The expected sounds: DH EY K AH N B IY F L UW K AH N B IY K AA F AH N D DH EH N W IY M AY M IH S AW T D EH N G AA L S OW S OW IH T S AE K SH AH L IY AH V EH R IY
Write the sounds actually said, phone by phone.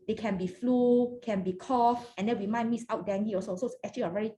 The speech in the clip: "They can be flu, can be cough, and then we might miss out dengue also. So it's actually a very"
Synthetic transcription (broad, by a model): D EY K AH N B IY F L UW K AH N B IY K AA F AH N D EH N W IY M AY M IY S AW T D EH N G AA S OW S OW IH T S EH K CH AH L IY AH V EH R IY